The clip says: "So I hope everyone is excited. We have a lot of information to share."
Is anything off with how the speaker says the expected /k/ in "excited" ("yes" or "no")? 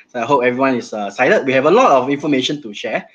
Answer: yes